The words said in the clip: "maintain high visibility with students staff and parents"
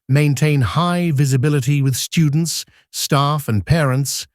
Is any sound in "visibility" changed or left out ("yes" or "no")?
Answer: no